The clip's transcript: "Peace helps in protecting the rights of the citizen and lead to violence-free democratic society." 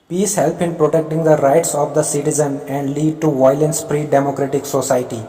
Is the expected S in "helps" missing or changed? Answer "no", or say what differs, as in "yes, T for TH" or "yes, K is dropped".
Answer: yes, S is dropped